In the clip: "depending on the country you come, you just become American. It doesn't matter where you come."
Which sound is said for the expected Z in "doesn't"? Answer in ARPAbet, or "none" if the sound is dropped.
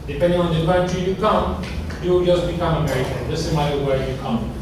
S